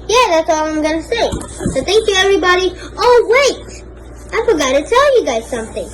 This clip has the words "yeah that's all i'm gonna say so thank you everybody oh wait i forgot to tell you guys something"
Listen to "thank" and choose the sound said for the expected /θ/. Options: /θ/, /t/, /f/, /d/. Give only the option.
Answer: /θ/